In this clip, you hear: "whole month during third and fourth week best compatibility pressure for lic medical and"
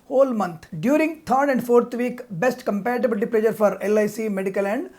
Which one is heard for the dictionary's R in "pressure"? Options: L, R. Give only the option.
L